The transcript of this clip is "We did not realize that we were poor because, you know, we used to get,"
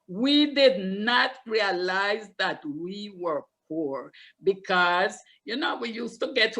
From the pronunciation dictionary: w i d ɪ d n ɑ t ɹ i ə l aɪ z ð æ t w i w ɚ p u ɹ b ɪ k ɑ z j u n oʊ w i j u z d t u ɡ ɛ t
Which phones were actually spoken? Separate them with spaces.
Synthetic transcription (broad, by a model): w i d ɪ d n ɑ t ɹ i ə l aɪ z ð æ t w i w ɚ p u ɹ b ɪ k ɑ z j u n oʊ w i j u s t u ɡ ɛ t